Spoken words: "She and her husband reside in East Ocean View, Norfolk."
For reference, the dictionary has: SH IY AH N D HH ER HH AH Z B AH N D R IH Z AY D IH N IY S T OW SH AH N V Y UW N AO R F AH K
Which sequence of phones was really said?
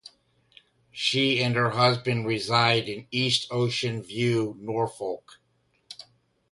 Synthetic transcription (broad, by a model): SH IY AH N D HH ER HH AH Z B AH N D R IH Z AY D IH N IY S T OW SH AH N V Y UW N AO R F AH K